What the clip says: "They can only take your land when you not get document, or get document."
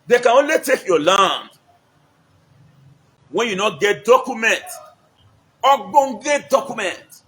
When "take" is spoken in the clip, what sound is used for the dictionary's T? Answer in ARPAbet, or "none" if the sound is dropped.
T